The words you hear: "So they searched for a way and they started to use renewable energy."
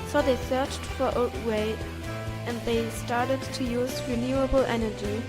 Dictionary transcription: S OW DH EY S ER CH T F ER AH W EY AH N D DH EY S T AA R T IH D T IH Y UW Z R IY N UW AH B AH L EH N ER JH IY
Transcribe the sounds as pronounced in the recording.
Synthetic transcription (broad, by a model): S OW DH EY S ER CH T F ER AH W EY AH N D DH EY S T AA R T IH D T IH Y UW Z R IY N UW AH B L EH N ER JH IY